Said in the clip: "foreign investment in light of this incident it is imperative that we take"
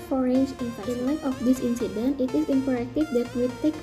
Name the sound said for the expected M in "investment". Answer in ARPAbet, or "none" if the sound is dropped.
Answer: none